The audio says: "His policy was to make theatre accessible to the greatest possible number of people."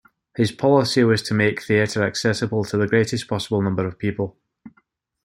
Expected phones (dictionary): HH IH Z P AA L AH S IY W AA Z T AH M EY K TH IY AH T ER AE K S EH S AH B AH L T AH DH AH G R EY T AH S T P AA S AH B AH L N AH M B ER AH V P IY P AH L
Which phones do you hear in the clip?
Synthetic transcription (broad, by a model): HH IH Z P AA L AH S IY W AA Z T AH M EY K TH IY AH T ER AE K S EH S AH B AH L T AH DH AH G R EY T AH S P AA S AH B AH L N AH M B ER AH V P IY P AH L